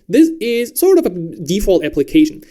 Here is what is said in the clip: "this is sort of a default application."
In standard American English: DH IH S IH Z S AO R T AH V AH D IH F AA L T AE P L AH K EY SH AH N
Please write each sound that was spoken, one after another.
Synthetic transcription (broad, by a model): DH IH S IH Z S AO R T AH V AH D IH F AA L T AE P L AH K EY SH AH N